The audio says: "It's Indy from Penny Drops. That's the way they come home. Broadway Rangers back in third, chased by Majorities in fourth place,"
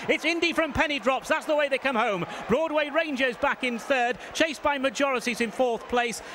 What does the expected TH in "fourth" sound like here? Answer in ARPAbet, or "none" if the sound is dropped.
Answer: TH